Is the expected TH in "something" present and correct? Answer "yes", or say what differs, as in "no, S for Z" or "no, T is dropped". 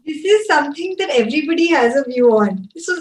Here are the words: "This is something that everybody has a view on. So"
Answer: no, T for TH